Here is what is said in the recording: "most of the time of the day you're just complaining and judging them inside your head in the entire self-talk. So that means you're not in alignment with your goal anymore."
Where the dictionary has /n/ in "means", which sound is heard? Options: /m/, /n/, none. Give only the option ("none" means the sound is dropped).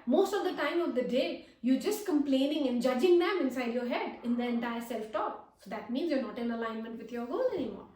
/n/